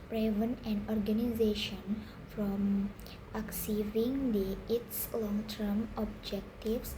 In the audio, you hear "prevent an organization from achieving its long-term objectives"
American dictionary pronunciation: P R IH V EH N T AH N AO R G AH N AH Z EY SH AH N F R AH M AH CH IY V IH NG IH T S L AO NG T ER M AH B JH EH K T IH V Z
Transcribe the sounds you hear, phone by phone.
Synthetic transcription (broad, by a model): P R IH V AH N AH N AO R G AH N AH Z EY SH AH N F R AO M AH S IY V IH NG IH T S L AO NG T ER M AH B JH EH K T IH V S